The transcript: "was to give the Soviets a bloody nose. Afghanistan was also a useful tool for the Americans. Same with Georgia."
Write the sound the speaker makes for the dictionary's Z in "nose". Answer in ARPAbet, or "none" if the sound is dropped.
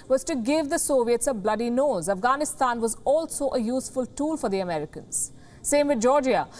Z